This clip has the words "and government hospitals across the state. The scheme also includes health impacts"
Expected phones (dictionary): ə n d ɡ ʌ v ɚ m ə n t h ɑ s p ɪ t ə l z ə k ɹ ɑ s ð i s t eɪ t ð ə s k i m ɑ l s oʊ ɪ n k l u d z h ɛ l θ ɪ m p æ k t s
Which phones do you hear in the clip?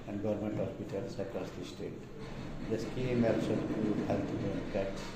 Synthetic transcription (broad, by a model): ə n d ɡ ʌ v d m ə n t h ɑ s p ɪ t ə l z ə k ɹ ɑ s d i s t eɪ t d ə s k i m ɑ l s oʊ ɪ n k u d h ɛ l t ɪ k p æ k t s